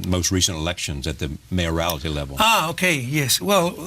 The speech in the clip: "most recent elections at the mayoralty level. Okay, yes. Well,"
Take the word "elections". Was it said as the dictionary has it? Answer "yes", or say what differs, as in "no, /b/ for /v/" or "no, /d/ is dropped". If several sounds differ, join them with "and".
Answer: yes